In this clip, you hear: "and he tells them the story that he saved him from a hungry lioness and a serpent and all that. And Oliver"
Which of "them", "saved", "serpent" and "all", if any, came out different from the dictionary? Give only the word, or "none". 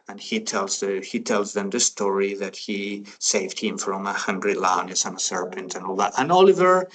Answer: none